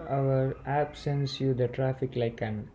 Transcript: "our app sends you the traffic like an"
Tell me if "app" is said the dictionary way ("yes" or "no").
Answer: no